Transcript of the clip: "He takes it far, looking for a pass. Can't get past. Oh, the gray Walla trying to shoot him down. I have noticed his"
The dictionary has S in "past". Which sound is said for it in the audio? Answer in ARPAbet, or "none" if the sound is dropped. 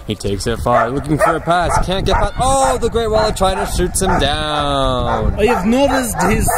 none